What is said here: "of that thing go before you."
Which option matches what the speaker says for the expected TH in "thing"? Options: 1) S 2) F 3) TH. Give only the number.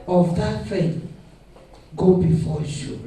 2